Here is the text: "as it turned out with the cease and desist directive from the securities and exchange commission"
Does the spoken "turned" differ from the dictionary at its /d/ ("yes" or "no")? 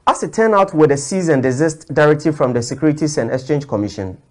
yes